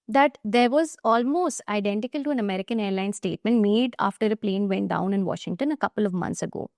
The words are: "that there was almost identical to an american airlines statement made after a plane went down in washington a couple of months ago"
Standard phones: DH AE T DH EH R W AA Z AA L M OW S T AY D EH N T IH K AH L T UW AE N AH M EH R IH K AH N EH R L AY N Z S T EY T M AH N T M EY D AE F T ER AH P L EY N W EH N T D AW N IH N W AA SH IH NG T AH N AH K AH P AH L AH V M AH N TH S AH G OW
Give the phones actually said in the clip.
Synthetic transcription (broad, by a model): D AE T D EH R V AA Z AA L M OW S T AY D EH N T IH K AH L T UW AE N AH M EH R IH K AH N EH R L AY N S T EY T M AH N T M EY D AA F T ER AH P L EY N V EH N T D AW N IH N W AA SH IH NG T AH N AH K AH P AH L AH V M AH N S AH G OW